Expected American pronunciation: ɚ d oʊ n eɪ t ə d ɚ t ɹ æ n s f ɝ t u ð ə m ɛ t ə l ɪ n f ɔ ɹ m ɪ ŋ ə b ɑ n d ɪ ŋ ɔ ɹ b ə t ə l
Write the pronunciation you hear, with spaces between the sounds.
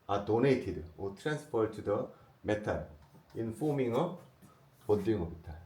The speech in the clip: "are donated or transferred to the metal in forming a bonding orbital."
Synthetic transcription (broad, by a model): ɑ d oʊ n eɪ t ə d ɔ t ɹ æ n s p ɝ t u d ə m ɛ t ə l ɪ n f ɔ m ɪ ŋ ə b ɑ d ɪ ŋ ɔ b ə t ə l